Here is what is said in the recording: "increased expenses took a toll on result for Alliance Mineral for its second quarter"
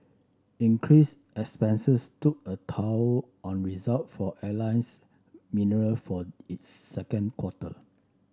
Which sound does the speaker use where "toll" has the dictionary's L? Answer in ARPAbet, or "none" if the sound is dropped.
W